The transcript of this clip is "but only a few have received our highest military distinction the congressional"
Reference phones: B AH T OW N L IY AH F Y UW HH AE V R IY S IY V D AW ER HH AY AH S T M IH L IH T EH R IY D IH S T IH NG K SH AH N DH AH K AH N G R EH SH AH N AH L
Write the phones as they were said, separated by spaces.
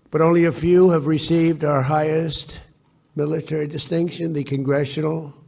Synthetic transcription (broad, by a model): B AH T OW N L IY AH F Y UW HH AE V R IY S IY V D AW ER HH AY AH S T M IH L IH T EH R IY D IH S T IH NG K SH AH N DH AH K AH N G R EH SH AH N L